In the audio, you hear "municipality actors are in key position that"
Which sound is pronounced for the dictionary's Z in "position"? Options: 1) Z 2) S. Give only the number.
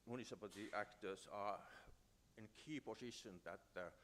2